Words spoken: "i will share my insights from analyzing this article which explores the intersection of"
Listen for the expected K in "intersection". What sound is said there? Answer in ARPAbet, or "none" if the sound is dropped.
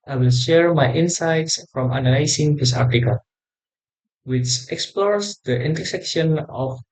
K